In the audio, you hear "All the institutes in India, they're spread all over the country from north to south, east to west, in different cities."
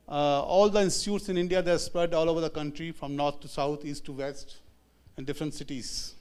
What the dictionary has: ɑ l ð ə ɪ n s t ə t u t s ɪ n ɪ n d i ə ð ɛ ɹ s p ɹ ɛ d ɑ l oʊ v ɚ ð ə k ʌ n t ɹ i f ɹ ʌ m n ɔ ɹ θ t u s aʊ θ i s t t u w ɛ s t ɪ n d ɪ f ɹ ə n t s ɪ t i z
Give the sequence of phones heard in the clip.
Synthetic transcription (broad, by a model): ɑ l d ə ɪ n s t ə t u t s ɪ n ɪ n d i ə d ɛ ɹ s p ɹ ɛ d ɑ l oʊ v ɚ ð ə k ʌ n t ɹ i f ɹ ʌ m n ɔ ɹ t t u s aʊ t i s t t u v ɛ s t ɪ n d ɪ f ɹ ə n t s ɪ t i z